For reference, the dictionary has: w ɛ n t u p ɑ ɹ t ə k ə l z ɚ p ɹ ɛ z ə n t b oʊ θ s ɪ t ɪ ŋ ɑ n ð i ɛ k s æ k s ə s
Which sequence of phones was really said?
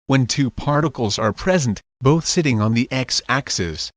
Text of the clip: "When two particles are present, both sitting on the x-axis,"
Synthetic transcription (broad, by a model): w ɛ n t u p ɑ ɹ t ə k ə l z ɚ p ɹ ɛ z ə n t b oʊ θ s ɪ t ɪ ŋ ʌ n ð i ɛ k s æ k s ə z